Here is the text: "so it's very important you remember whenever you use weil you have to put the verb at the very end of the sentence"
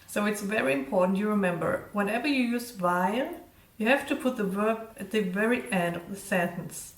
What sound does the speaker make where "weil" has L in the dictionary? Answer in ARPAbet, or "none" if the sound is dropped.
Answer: N